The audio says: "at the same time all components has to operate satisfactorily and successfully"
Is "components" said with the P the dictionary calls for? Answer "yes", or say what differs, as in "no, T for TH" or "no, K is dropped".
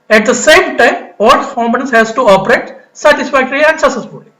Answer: no, P is dropped